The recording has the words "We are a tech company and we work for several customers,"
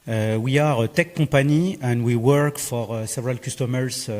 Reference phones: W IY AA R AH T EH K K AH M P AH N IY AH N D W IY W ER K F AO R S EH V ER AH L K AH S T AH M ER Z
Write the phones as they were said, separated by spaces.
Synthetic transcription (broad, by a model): W IY AA R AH T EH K K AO P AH N IY AH N D W IY W ER K F AO R S EH V ER AH L K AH S T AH M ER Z